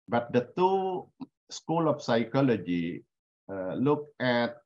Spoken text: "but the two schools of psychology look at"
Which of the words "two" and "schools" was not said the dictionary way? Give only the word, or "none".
schools